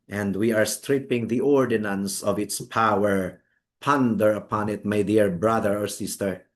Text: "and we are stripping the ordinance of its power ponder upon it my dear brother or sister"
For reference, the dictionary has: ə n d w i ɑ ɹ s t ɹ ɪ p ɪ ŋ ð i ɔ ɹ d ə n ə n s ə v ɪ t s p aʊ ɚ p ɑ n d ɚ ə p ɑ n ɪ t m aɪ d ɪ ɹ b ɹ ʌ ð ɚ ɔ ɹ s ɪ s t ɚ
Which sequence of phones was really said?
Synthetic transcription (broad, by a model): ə n d w i ɑ ɹ s t ɹ ɪ p ɪ ŋ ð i ɔ ɹ d ə n ə n s ə v ɪ t s p aʊ ɚ p ɑ n d ɚ ə p ɑ n ɪ t m aɪ d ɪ ɹ b ɹ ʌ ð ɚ ɔ ɹ s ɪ s t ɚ